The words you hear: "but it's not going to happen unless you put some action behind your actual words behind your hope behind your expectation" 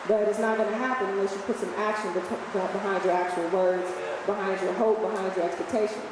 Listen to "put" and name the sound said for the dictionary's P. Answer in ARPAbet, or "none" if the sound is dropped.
P